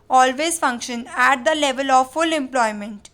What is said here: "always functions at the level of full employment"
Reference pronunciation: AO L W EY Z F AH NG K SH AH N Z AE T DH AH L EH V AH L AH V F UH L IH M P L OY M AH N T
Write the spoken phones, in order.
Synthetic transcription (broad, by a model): AO L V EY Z F AH NG K SH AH N AE T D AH L EH V AH L AH V F UH L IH M P L OY M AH N T